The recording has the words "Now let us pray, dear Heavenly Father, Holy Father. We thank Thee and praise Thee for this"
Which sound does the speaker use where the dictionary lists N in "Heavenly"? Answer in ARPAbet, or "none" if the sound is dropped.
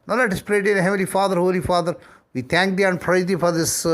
none